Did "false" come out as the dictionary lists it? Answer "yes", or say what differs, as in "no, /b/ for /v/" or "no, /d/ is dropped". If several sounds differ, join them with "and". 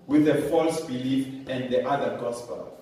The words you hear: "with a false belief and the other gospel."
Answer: yes